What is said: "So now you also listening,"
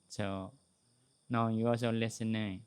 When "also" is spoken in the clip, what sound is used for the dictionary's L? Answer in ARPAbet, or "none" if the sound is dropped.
none